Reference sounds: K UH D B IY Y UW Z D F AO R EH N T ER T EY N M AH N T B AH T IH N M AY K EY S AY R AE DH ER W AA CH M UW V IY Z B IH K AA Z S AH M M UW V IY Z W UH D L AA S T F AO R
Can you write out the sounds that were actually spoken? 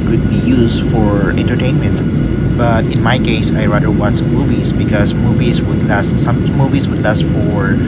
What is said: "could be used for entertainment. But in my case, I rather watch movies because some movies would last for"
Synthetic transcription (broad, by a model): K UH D B IY Y UW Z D F AO R EH N T ER T EY N M AH N T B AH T IH N M AY K EY S AY R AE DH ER W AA S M UW V IY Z B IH K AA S S AH M M UW V IY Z W UH D L AA S T F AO R